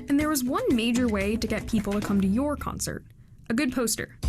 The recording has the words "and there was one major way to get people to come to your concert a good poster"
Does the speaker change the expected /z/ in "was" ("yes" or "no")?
no